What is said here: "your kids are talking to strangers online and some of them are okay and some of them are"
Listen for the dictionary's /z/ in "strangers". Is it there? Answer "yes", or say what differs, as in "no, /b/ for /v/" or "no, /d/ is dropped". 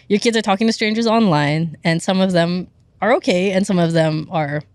yes